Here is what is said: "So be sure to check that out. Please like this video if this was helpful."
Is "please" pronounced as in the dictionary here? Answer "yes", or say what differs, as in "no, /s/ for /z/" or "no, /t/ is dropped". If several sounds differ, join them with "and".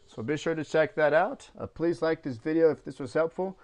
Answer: yes